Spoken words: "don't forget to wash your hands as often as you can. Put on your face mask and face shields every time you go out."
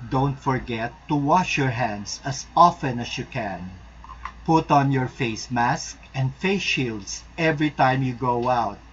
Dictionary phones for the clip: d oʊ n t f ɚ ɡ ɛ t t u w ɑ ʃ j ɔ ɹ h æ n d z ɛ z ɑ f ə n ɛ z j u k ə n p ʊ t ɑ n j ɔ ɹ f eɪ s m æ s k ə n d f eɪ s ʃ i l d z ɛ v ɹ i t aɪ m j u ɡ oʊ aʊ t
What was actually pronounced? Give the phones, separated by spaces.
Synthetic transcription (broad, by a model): d oʊ n t f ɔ ɡ ɛ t t u w ɑ ʃ j ɔ ɹ h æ n d s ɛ s ɑ f ə n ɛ s j u k ə n p ʊ t ɑ n j ɔ ɹ f eɪ s m æ s k ə n d f eɪ s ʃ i l d s ɛ v ɹ i t aɪ m j u ɡ oʊ aʊ t